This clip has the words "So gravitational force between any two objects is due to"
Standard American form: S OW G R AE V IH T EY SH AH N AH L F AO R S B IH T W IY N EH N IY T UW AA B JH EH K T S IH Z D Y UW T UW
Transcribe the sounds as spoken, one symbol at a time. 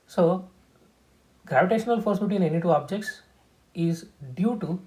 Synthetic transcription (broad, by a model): S OW G R AE V IH T EY SH AH N AH L F AO R S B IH T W IY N EH N IY T UW AA B JH EH K T S IH Z D Y UW T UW